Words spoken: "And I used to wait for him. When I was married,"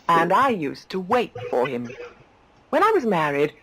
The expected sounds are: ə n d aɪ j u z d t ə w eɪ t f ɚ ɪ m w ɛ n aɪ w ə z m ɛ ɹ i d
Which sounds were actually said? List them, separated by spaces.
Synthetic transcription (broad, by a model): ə n aɪ j u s t ə w eɪ t f ɚ ɪ m w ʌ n aɪ w ə z m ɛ ɹ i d